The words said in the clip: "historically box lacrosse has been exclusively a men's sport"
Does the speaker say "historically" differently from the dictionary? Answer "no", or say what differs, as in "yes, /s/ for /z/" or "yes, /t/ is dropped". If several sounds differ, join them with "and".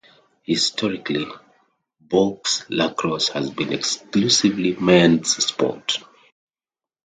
no